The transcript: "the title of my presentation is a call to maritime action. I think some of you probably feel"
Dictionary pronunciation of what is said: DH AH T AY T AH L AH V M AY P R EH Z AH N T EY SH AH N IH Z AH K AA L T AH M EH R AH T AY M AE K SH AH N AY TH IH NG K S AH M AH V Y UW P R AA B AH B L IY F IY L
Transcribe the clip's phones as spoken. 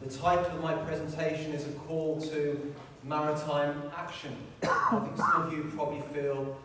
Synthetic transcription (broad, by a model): DH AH T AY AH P AH V M AY P R EH Z AH N T EY SH AH N IH Z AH K AA L T AH M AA R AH T AY M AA K SH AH N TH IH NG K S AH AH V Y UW P R AA B AH B L IY F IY L